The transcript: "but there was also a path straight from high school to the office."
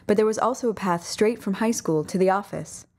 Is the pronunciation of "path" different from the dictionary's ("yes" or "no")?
no